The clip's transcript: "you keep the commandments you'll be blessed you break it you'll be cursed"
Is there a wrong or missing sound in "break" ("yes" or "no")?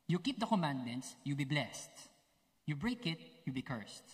no